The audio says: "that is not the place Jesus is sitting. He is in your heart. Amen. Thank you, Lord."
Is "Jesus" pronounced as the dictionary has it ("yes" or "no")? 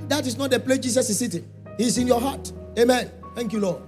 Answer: no